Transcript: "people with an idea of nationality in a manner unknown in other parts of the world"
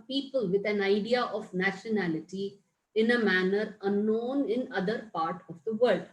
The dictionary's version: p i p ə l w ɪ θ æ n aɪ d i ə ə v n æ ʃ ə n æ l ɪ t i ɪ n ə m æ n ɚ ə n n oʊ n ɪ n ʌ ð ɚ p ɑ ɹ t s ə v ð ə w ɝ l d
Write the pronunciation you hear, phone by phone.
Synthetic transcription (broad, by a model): p i p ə l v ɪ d æ n aɪ d i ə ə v n æ ʃ ə n æ l ɪ t i ɪ n ə m æ n ɚ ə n n oʊ n ɪ n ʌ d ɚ p ɑ ɹ t ə v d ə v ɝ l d